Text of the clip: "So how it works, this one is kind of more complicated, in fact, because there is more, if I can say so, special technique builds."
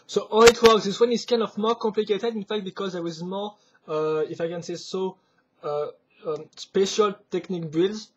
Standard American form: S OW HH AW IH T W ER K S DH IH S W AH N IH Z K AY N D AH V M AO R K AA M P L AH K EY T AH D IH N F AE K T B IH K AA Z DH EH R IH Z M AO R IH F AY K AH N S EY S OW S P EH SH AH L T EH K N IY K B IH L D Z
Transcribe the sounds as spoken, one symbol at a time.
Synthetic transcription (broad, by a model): S OW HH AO IH T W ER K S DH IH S W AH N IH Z K AY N D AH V M AO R K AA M P L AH K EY T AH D IH N F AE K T B IH K AA Z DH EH W IH Z M AO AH IH F AY K AH N S EY S OW S P EH SH AH L T EH K N IY K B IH L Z